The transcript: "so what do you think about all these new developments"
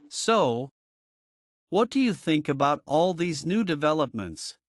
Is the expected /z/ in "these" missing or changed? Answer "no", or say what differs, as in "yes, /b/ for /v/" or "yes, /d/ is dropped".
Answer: no